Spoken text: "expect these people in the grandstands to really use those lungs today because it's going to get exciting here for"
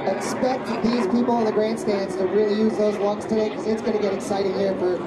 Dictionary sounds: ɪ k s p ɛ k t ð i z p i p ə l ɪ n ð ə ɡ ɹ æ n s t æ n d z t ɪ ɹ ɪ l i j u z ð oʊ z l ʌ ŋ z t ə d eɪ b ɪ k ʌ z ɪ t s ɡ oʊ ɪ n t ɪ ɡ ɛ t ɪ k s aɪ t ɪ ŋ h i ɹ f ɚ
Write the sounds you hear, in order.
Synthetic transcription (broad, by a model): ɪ k s p ɛ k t ð i z p i p l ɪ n ð ə ɡ ɹ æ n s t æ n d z t ɪ ɹ ɪ l i j u z ð oʊ z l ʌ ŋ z t ə d eɪ ɪ k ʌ z ɪ t s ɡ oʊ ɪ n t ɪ ɡ ɛ t ɪ k s aɪ t ɪ ŋ h i ɹ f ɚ